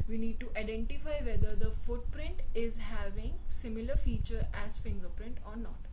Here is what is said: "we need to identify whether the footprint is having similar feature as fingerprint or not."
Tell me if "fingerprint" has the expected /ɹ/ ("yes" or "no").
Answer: yes